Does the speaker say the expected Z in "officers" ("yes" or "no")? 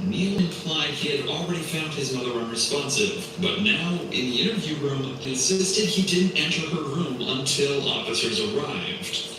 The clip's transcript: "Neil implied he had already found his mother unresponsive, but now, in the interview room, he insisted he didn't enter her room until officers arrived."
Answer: yes